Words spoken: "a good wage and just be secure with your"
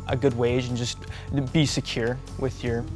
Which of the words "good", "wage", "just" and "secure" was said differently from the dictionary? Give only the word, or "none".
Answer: none